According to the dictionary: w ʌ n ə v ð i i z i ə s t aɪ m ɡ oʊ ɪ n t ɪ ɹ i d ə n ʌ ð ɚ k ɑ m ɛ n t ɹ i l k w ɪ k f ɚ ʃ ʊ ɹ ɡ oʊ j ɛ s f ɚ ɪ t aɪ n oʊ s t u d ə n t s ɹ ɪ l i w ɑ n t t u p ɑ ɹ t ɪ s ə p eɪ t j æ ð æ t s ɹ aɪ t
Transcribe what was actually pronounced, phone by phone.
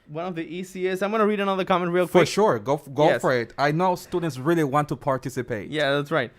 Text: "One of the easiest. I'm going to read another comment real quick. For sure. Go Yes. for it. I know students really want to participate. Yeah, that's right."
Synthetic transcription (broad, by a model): w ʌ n ə v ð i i s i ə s aɪ m ɡ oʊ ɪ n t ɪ ɹ i d ə n ʌ ð ɚ k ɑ m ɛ n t ɹ i l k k f ɚ ʃ ʊ ɹ ɡ oʊ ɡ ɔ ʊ f ɚ ɪ t aɪ n oʊ s t u d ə n t s ɹ ɪ l i w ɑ n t t u p ɑ ɹ t ɪ s ə p eɪ t j æ ð æ t s ɹ aɪ t